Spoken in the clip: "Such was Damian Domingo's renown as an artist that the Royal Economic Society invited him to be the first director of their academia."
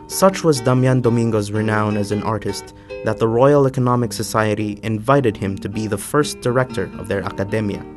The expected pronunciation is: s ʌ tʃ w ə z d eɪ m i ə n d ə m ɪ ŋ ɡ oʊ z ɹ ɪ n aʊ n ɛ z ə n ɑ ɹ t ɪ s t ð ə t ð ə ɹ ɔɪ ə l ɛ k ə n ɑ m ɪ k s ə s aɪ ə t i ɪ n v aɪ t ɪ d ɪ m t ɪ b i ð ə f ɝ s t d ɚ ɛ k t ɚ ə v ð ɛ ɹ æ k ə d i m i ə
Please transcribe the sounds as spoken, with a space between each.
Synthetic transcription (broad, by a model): s ʌ tʃ w ə z d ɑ m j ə n d ə m ɪ ŋ ɡ oʊ z ɹ ɪ n aʊ n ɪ z ə n ɑ ɹ t ɪ s t ð ə t ð ə ɹ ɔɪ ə l ɛ k ə n ɑ m ɪ k s ə s aɪ ə t i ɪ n v aɪ t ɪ d ɪ m t ɪ b i ð ə f ɝ s d ɚ ɛ k t ɚ ə v ð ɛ ɹ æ k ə d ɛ m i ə